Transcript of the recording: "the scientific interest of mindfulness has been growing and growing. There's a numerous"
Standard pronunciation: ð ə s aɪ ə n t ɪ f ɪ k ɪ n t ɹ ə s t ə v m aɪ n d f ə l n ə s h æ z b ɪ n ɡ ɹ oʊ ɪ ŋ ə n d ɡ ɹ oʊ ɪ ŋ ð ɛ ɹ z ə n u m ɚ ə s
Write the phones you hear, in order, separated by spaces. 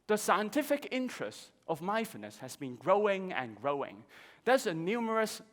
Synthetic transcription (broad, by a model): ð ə s aɪ ə n t ɪ f ɪ k ɪ n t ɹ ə s t ə v m aɪ f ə n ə s h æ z b ɪ n ɡ ɹ oʊ ɪ ŋ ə n ɡ ɹ oʊ ɪ ŋ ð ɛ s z ə n u m ɚ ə s